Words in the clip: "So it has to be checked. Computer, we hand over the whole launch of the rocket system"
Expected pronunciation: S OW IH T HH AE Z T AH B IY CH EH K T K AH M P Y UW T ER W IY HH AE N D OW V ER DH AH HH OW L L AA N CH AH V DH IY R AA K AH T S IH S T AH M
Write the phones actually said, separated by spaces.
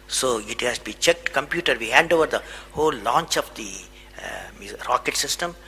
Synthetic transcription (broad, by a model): S OW IH T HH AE S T B IY CH EH K T K AH M P Y UW T ER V IY HH AE N D OW V ER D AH HH OW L L AA N CH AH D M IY R AA K AH T S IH S T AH M